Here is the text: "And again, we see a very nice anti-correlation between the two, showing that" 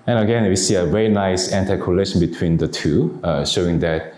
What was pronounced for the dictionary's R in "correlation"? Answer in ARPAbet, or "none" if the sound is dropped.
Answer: L